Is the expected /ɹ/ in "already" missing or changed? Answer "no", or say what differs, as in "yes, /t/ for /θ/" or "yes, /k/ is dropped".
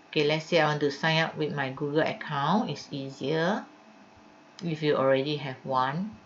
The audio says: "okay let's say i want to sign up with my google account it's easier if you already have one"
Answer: no